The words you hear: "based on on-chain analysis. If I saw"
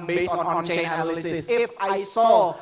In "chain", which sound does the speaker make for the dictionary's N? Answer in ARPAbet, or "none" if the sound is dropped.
none